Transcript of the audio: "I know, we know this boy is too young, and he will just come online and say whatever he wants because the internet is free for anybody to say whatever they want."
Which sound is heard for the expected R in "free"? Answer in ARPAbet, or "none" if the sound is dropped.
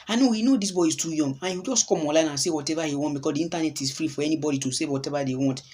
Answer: R